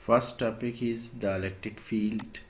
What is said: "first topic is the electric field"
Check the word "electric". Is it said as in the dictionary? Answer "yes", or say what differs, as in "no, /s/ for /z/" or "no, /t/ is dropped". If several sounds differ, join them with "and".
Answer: no, /ɹ/ is dropped